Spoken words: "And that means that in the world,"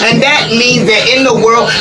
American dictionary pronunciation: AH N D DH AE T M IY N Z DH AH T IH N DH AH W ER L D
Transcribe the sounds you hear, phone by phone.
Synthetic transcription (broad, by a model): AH N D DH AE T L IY Z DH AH T IH N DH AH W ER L